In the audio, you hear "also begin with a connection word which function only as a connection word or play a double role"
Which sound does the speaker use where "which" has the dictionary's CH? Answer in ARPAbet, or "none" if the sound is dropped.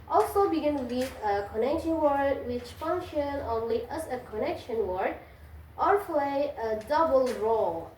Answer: CH